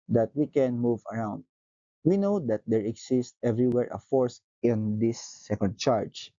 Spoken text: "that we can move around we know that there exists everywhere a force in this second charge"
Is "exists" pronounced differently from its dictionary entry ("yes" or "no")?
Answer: yes